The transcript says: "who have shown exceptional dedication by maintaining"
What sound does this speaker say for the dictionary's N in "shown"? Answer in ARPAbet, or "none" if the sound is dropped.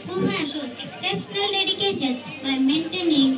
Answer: none